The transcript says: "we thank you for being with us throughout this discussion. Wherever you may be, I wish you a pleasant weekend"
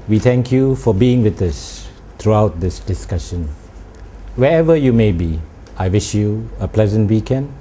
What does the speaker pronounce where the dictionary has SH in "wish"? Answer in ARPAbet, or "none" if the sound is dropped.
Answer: SH